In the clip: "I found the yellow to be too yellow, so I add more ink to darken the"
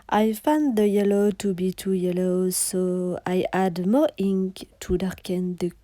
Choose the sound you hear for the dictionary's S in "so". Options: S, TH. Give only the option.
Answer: S